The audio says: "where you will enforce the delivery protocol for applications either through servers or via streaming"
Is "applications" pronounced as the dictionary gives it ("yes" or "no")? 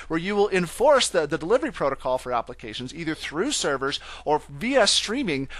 yes